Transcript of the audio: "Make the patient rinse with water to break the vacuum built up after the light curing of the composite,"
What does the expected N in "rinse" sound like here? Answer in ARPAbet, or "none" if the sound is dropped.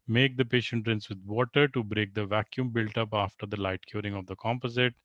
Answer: N